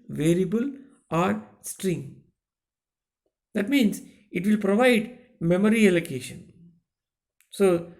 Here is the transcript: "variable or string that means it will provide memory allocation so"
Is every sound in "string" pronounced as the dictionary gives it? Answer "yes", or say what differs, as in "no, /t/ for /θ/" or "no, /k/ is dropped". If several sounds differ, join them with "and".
yes